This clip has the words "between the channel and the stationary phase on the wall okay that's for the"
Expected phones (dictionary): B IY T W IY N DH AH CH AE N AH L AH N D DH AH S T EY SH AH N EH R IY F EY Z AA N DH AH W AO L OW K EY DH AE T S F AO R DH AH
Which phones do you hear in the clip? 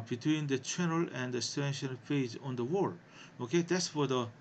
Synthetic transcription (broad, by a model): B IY T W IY N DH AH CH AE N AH L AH N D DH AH S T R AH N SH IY P EY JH AA N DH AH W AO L OW K EY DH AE T S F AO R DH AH